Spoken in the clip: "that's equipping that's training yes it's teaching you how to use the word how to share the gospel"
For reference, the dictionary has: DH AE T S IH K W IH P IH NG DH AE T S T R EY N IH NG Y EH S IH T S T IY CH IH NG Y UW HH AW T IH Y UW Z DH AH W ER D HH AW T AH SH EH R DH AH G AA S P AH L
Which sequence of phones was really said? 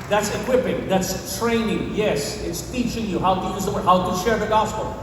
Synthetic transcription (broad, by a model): DH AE T S IH K W IH P IH NG DH AE T S T R EY N IH NG Y EH S IH T S T IY CH IH NG Y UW HH AW T IH Y UW Z DH AH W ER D HH AW T AH SH EH R DH AH G AA S P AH L